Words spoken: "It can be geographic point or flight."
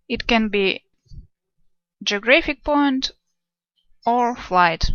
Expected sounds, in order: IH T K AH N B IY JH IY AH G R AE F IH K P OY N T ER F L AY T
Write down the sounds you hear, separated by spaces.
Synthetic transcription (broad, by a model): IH T K AH N B IY JH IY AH G R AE F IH K P OY N T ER F L AY T